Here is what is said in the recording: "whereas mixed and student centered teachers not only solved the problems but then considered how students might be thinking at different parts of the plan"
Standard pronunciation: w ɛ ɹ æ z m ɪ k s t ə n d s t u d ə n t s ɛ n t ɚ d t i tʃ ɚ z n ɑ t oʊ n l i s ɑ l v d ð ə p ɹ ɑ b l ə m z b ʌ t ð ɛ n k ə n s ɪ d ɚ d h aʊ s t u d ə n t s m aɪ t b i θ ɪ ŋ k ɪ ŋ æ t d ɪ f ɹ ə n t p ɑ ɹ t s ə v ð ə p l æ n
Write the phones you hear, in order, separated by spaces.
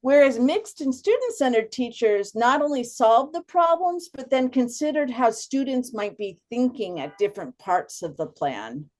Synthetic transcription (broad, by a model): w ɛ ɹ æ z m ɪ k s t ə n s t u d n t s ɛ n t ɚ d t i tʃ ɚ z n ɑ t oʊ n l i s ɑ l v d ð ə p ɹ ɑ b l ə m z b ʌ t ð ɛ n k ə n s ɪ d ɚ d h aʊ s t u d n t s m aɪ t b i θ ɪ ŋ k ɪ ŋ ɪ t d ɪ f ɹ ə n p ɑ ɹ t s ə v ð ə p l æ n